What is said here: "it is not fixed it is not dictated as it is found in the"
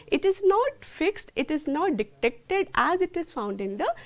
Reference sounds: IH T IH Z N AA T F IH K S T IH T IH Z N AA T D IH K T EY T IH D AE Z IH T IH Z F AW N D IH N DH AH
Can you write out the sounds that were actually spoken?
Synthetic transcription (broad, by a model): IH T IH Z N AA T F IH K S T IH T IH Z N AA T D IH K T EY T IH D AE Z IH T IH Z F AW N D IH N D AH